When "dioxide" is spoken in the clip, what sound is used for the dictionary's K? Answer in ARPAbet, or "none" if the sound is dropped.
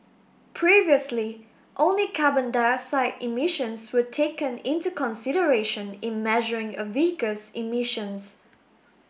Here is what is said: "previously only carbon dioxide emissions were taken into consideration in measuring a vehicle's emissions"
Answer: none